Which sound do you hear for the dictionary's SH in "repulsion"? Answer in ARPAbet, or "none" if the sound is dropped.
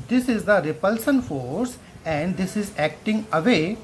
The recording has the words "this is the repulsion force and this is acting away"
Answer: S